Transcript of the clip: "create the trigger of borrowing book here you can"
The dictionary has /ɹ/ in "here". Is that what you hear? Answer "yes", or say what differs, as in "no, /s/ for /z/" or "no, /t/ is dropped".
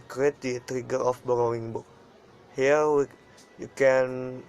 no, /w/ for /ɹ/